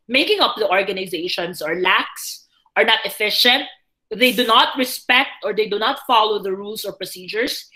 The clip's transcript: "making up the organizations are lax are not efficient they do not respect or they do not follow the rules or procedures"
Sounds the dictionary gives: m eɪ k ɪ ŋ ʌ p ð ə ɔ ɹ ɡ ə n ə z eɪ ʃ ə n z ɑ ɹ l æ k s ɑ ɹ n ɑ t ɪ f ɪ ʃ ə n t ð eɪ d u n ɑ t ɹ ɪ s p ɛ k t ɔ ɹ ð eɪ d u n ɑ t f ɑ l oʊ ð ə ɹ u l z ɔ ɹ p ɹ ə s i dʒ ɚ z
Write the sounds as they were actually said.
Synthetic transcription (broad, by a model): m eɪ k ɪ ŋ ʌ p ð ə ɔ ɹ ɡ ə n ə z eɪ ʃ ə n s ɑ ɹ l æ k s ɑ ɹ n ɑ t ɪ f ɪ ʃ ə n t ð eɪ d u n ɑ t ɹ ɪ s p ɛ k t ɔ ɹ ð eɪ d u n ɑ t f ɑ l oʊ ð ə ɹ u l s ɔ ɹ p ɹ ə s i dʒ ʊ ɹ